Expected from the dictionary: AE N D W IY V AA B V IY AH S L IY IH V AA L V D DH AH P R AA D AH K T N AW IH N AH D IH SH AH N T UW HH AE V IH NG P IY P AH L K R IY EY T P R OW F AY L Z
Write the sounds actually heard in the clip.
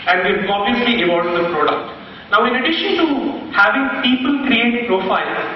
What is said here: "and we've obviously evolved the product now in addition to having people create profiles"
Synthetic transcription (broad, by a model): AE N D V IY AA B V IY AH S L IY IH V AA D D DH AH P R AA D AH K T N AW IH N AH D IH SH AH N T UW HH AE V IH NG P IY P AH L K R IY EY T P R OW F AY L